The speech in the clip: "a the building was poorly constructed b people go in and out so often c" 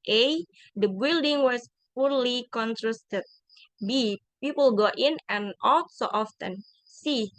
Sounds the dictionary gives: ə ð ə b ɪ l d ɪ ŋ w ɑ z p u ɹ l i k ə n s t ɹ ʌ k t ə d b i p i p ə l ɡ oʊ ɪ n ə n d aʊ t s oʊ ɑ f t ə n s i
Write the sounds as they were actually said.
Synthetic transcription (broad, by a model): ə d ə b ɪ l d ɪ ŋ w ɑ s p u ɹ l i k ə n t ɹ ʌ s t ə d b i p i p ə l ɡ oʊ ɪ n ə n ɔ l s oʊ ɑ f t ə n s i